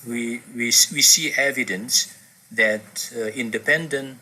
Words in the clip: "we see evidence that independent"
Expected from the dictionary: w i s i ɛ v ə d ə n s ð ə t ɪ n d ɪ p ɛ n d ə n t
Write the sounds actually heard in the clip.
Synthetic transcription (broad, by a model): w i s i ɛ v ə d ə n s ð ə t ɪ n d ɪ p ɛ n d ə n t